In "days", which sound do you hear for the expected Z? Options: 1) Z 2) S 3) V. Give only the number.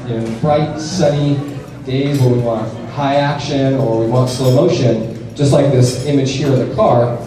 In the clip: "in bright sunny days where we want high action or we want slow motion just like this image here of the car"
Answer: 1